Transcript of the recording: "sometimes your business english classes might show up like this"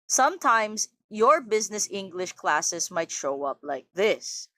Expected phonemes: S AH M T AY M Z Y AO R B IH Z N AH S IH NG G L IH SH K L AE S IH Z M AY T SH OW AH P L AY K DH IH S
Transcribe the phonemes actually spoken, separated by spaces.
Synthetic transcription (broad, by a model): S AH M T AY M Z Y AO R B IH Z N AH S IH NG G L IH SH K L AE S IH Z M AY T SH OW AH P L AY K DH IH S